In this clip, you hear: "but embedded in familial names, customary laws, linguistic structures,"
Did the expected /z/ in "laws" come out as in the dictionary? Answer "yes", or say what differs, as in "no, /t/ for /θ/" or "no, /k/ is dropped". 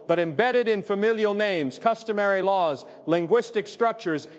yes